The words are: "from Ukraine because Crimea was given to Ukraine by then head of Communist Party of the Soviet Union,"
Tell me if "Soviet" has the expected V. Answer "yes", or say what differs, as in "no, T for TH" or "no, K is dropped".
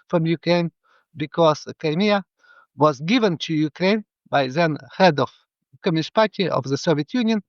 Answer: yes